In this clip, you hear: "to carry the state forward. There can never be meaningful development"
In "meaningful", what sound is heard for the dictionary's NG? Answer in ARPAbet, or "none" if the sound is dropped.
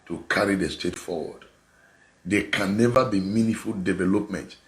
none